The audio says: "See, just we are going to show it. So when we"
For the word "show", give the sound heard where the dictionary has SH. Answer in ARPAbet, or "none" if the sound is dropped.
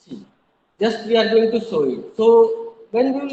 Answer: S